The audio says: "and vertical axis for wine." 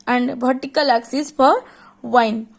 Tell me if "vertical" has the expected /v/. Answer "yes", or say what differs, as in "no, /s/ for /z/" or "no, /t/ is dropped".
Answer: no, /b/ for /v/